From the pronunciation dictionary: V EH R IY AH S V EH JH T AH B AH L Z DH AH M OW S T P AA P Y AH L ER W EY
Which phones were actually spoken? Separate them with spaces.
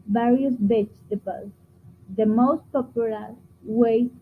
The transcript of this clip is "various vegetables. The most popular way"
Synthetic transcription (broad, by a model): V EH R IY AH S B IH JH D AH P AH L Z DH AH M OW S T P AA P Y AH L ER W EY